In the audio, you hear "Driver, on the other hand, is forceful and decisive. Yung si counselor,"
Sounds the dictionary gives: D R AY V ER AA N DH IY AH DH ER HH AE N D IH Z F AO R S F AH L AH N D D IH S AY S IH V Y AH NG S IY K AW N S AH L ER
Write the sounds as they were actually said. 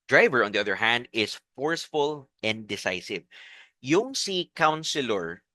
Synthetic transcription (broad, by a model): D R AY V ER AA N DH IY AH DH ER HH AE N D IH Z F AO R S F AH L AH N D D IH S AY S IH V Y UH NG S IY K AW N S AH L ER